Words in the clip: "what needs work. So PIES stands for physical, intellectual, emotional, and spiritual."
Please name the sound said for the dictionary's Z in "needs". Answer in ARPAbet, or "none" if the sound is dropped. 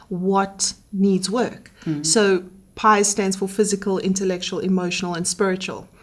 Z